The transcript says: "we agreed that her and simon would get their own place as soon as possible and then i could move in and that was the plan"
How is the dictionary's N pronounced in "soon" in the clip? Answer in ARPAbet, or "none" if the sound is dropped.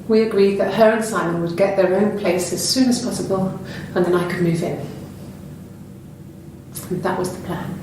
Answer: N